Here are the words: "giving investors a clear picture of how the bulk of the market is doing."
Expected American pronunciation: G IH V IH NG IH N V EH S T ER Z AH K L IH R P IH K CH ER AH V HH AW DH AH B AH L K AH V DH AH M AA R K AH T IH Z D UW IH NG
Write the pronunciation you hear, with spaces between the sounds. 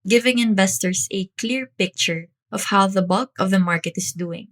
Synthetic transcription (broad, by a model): G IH V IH NG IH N V EH S T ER S AH K L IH R P IH K CH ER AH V HH AW DH AH B AH L K AH V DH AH M AA R K AH T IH S D UW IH NG